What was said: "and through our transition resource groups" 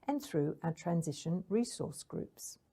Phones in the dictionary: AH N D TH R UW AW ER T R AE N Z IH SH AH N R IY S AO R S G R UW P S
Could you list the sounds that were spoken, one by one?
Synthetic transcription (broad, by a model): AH N TH R UW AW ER T R AE N Z IH SH AH N R IY S AO S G R UW P S